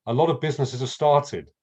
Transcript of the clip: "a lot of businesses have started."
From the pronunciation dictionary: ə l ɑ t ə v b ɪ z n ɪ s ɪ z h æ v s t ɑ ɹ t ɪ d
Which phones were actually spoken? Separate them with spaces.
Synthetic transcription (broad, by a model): ə l ɑ t ə v b ɪ z n ɪ s ɪ z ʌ s t ɑ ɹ t ɪ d